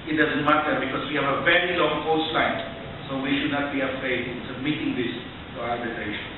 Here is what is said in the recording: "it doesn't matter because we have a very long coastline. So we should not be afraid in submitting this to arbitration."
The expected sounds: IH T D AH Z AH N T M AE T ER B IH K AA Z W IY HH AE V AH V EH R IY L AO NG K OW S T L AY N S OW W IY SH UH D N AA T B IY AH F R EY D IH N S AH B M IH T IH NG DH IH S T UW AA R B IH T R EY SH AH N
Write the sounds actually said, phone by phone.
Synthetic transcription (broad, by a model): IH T D AH Z AH N T M AE T ER B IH K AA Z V IY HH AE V AH V EH R IY L AO NG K OW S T L AY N S OW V IY SH UH D N AA T B IY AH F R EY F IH L S AH B M IH T IH NG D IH S T UW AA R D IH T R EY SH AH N